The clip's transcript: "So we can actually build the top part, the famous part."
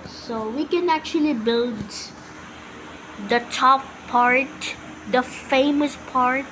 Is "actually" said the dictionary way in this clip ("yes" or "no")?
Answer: yes